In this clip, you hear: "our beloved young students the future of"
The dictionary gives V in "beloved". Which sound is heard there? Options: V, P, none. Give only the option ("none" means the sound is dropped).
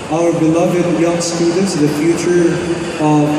V